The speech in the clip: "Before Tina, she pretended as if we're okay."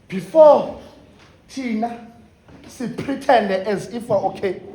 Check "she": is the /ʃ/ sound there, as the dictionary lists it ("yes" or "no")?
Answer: no